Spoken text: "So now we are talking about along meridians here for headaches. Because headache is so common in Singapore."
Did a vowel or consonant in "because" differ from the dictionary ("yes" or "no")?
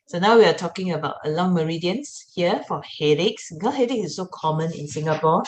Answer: yes